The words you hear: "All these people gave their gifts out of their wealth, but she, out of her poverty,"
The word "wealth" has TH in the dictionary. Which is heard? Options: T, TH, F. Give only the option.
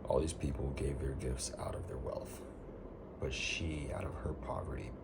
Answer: TH